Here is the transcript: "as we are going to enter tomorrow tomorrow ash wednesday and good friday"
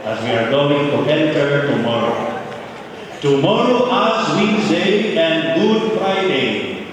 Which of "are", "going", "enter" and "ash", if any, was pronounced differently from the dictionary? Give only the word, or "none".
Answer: ash